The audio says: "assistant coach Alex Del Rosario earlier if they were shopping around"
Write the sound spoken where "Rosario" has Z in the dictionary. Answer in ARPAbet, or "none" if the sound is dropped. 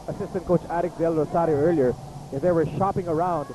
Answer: S